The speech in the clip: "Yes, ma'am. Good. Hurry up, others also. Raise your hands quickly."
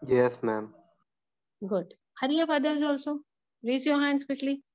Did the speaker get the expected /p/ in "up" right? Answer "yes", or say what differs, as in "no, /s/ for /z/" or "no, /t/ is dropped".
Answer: no, /f/ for /p/